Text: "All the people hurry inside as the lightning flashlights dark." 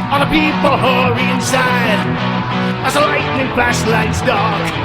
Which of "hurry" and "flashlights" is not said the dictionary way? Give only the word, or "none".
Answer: flashlights